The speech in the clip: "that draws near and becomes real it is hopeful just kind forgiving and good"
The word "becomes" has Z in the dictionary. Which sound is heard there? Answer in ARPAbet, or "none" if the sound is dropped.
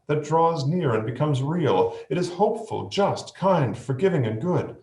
Z